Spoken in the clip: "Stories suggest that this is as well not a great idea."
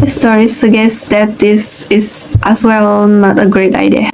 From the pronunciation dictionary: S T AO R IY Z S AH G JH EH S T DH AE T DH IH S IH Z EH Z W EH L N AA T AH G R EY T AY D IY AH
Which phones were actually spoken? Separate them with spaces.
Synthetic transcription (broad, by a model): S T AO R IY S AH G EH S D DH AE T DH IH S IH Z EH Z W EH L N AA T AH G R EY T AY D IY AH